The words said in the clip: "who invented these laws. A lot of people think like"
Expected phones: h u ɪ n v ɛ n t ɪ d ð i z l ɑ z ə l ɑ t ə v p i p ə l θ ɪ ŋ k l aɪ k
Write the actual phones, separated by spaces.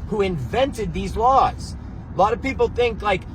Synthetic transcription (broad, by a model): h u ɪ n v ɛ n t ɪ d ð i z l ɑ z ə l ɑ t ə v p i p l θ ɪ ŋ k l aɪ k